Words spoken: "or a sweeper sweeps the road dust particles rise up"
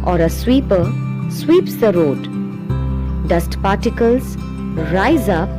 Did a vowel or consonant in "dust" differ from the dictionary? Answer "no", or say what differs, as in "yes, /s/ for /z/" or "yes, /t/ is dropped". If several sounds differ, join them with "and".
no